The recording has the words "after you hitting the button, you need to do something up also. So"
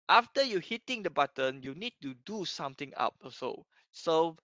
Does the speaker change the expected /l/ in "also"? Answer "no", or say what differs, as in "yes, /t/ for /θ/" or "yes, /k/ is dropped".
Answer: yes, /l/ is dropped